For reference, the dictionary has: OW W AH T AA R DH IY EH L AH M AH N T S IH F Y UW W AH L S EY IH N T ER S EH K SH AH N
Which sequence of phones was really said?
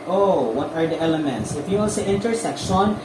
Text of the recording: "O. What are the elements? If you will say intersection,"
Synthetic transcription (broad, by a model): OW W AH T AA R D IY EH L AH M AH N T S IH F Y UW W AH N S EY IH N T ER S EH K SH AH N